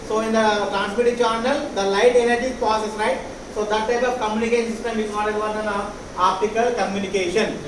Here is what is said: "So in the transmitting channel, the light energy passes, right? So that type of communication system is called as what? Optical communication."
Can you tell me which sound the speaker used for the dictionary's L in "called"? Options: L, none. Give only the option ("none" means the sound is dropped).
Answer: none